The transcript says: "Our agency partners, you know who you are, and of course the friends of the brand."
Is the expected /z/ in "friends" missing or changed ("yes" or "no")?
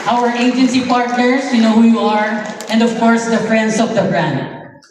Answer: yes